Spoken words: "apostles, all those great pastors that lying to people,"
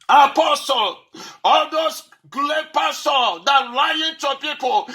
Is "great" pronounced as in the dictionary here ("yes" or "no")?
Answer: no